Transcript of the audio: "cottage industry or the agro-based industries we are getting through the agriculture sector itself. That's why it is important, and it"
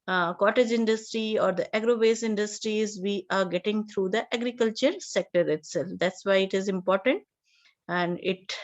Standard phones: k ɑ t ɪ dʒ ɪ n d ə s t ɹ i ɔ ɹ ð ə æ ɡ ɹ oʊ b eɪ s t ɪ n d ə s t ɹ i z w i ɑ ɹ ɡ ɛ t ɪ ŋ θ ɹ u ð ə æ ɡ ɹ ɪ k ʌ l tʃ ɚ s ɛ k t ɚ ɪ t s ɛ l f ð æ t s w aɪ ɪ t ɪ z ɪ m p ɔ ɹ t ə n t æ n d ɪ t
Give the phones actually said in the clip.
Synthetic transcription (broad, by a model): k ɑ t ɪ dʒ ɪ n d ə s t ɹ i ɔ ɹ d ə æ ɡ ɹ oʊ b eɪ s ɪ n d ə s t ɹ i z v i ɑ ɹ ɡ ɛ t ɪ ŋ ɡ ɹ u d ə æ ɡ ɹ ɪ k ʌ l tʃ ɚ s ɛ k t ɚ ɪ t s ɛ l f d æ t s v aɪ ɪ t ɪ z ɪ m p ɔ ɹ t ə n t æ n d ɪ t